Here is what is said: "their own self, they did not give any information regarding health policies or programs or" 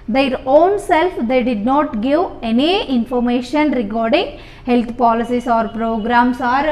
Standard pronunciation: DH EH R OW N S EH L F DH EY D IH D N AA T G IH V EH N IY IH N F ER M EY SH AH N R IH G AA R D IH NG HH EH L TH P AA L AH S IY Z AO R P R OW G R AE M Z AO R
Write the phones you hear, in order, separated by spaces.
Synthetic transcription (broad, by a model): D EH R OW N S EH L F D EY D IH D N AA T G IH V EH N IY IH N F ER M EY SH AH N R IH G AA R D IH NG HH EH L T P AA L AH S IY S AO R P R OW G R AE M S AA R